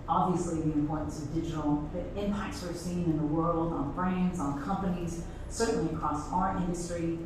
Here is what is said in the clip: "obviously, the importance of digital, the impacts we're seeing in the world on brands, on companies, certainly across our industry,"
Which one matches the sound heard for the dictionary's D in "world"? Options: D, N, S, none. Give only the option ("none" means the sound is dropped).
D